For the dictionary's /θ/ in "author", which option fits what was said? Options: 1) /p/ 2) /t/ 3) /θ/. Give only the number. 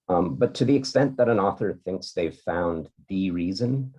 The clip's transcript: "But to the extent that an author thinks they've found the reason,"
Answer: 3